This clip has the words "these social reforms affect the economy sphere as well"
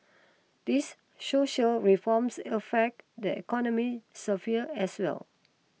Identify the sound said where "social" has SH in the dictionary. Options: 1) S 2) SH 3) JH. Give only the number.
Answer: 2